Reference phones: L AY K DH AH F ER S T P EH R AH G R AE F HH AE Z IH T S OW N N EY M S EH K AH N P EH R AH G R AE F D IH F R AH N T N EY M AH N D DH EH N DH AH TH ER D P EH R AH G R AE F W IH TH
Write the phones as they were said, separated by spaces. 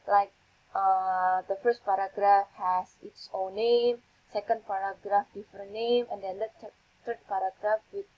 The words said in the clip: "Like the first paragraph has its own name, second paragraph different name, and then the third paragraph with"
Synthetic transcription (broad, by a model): L AY K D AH F ER S T P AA R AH G R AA F HH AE S IH T S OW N N EY M S EH K AH N P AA R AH G R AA F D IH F AH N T N EY M AH N D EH N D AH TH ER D P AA R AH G R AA F W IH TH